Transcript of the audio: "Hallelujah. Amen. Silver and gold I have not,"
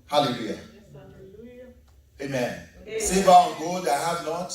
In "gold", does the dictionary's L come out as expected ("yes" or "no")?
no